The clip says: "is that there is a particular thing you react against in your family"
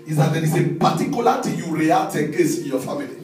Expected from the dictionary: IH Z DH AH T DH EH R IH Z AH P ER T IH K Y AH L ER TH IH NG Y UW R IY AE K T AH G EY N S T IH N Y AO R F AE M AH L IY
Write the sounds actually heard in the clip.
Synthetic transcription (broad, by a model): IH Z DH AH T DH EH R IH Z AH P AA T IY K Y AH L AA T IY Y UW R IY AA T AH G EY S IH N Y AO F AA M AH L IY